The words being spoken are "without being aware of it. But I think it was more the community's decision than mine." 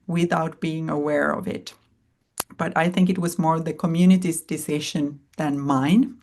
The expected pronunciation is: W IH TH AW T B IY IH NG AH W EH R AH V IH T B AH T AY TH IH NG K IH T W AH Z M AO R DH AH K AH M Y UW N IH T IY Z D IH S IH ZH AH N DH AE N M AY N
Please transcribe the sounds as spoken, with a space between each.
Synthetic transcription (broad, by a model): W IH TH AW T B IY IH NG AH W EH R AH V IH T B AH T AY TH IH NG K IH T W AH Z M AO R DH AH K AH M Y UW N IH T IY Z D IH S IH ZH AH N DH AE N M AY N